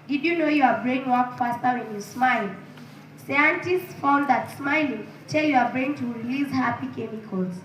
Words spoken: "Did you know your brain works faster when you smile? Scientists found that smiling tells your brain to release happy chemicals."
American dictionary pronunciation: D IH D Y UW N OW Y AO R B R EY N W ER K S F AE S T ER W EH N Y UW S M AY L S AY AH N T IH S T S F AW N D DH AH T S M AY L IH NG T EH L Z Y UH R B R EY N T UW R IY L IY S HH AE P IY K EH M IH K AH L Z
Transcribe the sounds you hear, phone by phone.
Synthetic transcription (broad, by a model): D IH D Y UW N OW Y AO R B R EY N W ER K F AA S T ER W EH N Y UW S M AY L S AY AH N T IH S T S F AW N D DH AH T S M AY L IH NG T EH L Y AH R B R EY N T UW R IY L IY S HH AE P IY K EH M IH K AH L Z